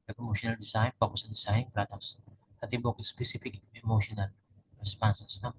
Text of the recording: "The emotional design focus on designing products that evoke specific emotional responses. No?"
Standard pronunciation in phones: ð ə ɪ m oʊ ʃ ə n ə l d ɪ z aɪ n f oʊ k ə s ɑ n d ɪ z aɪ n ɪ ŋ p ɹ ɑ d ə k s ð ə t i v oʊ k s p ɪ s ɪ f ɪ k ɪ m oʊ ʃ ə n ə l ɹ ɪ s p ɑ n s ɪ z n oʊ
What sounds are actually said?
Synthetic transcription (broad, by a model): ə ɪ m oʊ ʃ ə n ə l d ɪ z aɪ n p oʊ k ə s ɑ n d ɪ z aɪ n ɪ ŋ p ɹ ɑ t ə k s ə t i b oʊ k s p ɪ s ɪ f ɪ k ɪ m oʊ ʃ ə n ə l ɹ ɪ s p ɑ n s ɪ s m